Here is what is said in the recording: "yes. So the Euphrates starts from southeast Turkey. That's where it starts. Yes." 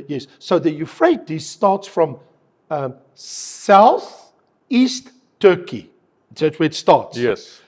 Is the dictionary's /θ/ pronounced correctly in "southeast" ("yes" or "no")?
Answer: yes